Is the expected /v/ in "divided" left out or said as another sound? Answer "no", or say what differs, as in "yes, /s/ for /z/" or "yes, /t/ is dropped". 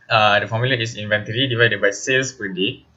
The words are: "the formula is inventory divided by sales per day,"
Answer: no